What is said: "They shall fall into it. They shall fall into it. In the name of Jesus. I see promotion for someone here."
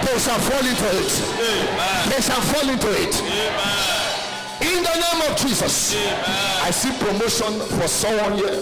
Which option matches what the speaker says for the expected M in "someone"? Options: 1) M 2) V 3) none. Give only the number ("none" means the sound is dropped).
3